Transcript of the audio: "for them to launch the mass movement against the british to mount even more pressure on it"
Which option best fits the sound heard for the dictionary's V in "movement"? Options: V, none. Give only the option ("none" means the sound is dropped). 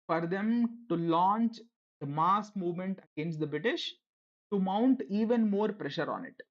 V